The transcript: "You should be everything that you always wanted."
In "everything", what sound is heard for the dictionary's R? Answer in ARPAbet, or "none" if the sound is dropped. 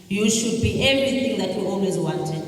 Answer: none